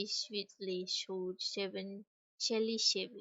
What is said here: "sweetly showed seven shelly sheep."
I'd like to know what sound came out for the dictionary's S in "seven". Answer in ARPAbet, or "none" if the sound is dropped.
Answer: SH